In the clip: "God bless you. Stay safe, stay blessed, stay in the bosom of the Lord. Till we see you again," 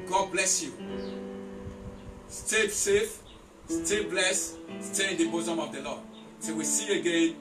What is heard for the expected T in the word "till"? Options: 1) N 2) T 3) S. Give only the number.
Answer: 3